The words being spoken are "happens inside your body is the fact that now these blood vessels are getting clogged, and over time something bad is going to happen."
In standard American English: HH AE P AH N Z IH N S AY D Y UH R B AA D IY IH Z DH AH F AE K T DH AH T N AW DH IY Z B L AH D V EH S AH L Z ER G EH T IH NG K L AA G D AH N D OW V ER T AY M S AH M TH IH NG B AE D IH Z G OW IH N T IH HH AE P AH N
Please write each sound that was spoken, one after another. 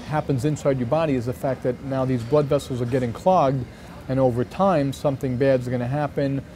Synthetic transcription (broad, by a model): HH AE P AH N Z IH N S AY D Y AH R B AA D IY IH Z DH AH F AE K T DH AH T N AW DH IY Z B L AH D V EH S L Z ER G EH T IH NG K L AA G D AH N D OW V ER T AY M S AH M TH IH NG B AE D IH Z G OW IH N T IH HH AE P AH N